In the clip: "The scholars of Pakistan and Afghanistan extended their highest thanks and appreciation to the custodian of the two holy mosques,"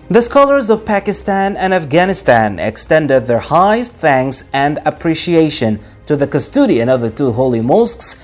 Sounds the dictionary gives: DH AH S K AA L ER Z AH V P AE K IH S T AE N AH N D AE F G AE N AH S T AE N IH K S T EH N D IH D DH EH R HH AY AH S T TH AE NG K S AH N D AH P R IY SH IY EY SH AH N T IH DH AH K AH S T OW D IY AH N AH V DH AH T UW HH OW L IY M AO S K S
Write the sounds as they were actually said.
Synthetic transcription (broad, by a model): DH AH S K AA L ER Z AH V P AE K IH S T AE N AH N AE F G AE N AH S T AE N IH K S T EH N D IH D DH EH R HH AY AH S T TH AE NG K S AH N D AH P R IY SH IY EY SH AH N T IH DH AH K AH S T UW D IY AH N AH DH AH T UW HH OW L IY M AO S K S